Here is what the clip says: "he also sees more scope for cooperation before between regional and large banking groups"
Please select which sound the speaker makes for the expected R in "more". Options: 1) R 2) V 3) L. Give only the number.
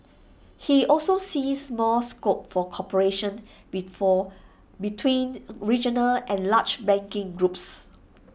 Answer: 3